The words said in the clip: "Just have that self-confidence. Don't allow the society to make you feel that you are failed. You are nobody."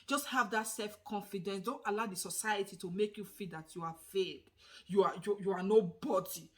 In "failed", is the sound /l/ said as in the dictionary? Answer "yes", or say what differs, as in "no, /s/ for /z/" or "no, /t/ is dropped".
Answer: no, /l/ is dropped